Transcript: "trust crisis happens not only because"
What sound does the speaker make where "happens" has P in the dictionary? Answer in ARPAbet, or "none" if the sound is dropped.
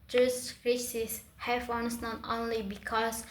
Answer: F